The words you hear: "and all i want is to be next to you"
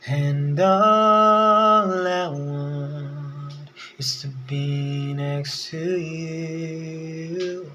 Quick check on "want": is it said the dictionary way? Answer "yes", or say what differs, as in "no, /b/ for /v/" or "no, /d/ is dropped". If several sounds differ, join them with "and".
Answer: no, /t/ is dropped